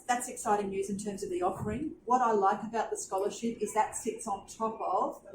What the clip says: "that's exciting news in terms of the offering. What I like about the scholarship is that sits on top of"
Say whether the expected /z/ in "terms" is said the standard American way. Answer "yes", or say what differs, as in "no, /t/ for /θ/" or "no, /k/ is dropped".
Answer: yes